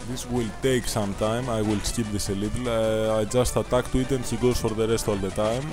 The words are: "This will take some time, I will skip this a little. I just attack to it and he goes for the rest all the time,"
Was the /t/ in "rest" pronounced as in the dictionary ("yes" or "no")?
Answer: yes